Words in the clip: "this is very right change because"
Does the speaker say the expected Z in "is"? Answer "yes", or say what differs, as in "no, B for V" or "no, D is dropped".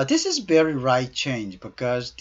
yes